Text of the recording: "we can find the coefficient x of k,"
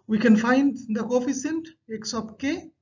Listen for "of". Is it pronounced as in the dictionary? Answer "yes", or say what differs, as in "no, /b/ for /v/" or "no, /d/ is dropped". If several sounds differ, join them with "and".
no, /p/ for /v/